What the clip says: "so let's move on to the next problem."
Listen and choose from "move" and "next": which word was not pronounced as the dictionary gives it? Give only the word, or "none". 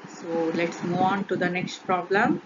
move